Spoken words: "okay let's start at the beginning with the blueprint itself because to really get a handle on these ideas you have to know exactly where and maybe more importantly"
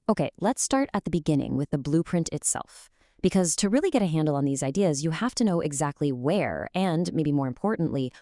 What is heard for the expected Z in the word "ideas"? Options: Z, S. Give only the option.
Z